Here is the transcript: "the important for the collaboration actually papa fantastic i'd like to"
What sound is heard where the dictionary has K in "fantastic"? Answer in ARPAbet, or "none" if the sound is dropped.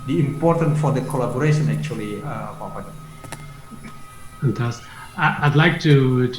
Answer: none